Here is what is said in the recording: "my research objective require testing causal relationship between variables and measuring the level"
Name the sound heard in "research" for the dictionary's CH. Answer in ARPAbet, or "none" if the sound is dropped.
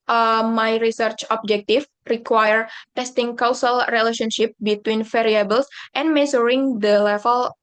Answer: CH